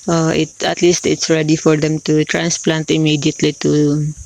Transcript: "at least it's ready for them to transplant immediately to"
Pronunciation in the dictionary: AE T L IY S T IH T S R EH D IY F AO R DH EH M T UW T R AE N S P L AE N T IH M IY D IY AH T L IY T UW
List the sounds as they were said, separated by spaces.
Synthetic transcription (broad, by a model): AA T L IY S T IH T S R EH D IY F AO R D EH M T UW T R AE N S P L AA N T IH M IY D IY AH T L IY T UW